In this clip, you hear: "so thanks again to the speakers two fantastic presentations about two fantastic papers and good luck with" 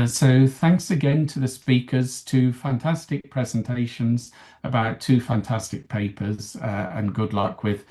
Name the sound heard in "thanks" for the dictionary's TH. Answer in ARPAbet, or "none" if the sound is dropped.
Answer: TH